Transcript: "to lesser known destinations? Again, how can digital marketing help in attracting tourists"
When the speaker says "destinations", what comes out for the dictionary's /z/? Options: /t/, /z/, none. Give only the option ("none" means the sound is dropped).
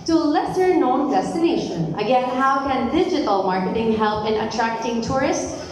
none